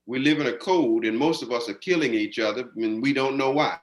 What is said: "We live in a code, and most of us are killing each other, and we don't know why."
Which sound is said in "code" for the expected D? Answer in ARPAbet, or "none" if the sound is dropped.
D